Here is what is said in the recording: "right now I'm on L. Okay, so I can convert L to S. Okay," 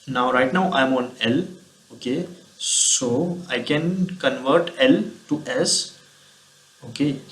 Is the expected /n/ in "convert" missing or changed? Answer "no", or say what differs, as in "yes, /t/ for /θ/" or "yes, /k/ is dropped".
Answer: no